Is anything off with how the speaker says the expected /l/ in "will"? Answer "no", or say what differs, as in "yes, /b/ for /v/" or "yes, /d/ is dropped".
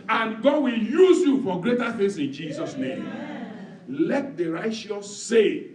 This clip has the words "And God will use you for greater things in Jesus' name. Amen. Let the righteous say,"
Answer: no